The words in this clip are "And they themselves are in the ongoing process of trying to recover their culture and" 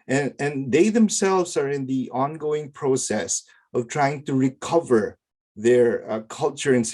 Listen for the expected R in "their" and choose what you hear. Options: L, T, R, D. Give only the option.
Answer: R